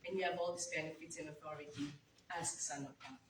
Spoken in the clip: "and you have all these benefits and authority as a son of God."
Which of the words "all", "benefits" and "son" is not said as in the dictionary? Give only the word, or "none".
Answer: benefits